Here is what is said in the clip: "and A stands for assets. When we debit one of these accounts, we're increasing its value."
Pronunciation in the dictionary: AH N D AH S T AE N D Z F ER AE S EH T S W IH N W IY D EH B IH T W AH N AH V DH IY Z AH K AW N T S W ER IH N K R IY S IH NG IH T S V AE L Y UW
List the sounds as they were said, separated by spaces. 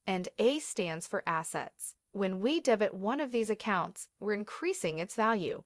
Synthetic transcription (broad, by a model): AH N D AH S T AE N D Z F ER AE S EH T S W IH N W IY D EH B IH T W AH N AH V DH IY Z AH K AW N T S W ER IH N K R IY S IH NG IH T S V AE L Y UW